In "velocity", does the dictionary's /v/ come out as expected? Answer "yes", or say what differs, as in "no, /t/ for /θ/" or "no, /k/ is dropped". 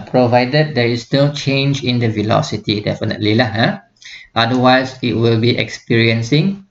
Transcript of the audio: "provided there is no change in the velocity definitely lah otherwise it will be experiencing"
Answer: yes